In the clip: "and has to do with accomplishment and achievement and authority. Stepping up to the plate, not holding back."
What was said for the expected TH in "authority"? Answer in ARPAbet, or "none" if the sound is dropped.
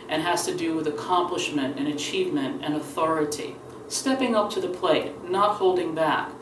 TH